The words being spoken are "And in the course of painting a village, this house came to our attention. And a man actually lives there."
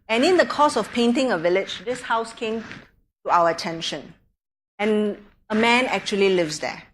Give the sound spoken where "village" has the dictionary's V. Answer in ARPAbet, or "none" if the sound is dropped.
V